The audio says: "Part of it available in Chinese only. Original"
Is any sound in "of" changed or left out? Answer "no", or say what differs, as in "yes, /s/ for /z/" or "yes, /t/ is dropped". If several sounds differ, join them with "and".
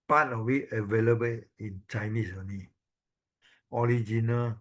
yes, /w/ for /v/